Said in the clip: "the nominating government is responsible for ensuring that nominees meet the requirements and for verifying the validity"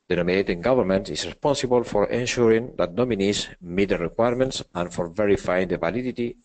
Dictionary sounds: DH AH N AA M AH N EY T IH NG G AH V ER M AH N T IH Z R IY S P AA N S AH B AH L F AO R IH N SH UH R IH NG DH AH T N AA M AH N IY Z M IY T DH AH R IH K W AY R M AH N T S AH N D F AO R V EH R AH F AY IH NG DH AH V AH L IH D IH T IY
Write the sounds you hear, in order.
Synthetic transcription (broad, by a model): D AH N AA M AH N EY T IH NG G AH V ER M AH N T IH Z R IY S P AA N S AH B AH L F AO R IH N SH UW R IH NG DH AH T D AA M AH N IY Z M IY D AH R IH K W AY R M AH N T S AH N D F AO R V EH R AH F AY IH NG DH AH V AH L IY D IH T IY